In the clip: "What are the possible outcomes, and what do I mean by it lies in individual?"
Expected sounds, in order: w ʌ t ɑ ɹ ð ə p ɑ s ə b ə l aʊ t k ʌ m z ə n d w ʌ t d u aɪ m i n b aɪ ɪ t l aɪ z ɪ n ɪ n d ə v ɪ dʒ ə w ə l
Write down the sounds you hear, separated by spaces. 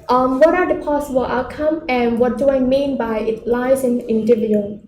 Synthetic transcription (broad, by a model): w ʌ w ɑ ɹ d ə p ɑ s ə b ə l aʊ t k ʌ m ə n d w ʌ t d u aɪ m i n b aɪ ɪ t l aɪ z ɪ n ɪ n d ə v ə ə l